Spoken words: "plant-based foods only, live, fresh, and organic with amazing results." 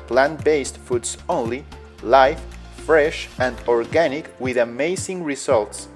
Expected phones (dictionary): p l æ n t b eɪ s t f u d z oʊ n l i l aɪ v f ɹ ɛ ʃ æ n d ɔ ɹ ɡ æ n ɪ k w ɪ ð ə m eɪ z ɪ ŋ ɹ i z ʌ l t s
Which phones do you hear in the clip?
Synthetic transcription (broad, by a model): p l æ n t b eɪ s t f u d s oʊ n l i l aɪ f f ɹ ɛ ʃ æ n d ɔ ɹ ɡ æ n ɪ k w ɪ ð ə m eɪ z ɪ ŋ ɹ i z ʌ l t s